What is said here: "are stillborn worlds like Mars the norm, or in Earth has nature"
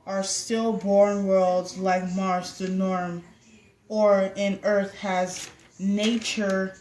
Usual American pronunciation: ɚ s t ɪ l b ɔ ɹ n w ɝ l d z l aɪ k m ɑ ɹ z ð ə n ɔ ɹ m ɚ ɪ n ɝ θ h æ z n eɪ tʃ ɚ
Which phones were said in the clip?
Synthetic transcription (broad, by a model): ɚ s t ɪ l b ɔ ɹ n w ɝ l d z l aɪ k m ɑ ɹ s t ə n ɔ ɹ m ɚ ɪ n ɝ θ h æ z n eɪ tʃ ɚ